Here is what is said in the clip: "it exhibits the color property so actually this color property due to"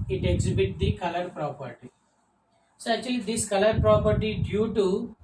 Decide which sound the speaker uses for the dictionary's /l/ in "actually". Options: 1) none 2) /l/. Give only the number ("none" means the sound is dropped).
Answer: 1